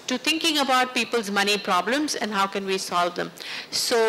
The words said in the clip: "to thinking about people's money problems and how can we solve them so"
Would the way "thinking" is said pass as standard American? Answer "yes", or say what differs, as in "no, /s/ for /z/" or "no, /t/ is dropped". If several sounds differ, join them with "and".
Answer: no, /t/ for /θ/